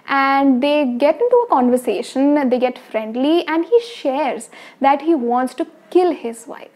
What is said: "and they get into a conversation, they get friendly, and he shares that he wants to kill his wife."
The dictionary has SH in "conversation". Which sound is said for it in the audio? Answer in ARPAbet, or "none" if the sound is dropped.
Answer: SH